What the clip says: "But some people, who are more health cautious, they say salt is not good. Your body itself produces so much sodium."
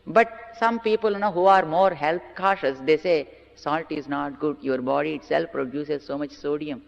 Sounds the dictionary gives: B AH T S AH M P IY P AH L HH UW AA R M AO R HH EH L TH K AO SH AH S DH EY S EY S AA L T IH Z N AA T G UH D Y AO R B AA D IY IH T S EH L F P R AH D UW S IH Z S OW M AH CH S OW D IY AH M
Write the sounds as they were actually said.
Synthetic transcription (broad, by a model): B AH T S AH M P IY P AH L HH UW AA R M AO R HH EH L T K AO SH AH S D EY S EY S AA L T IH Z N AA T G UH D Y AO R B AA D IY IH T S EH L F P R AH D UW S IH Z S OW M AH CH S OW D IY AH M